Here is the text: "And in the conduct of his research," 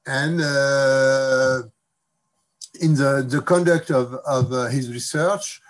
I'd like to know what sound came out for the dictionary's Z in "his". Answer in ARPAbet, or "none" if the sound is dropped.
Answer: Z